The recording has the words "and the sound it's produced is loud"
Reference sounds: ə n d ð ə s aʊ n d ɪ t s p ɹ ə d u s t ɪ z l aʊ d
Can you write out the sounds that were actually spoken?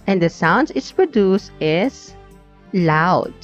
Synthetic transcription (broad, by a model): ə n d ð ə s aʊ n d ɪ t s p ɹ ə d u s t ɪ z l aʊ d